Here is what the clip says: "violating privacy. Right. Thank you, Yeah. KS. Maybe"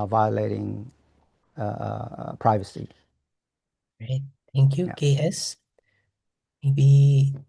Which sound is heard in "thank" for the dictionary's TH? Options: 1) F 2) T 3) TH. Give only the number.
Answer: 2